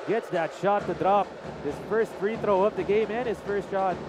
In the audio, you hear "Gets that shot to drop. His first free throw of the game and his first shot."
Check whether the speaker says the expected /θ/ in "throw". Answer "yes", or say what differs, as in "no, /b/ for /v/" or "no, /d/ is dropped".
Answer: yes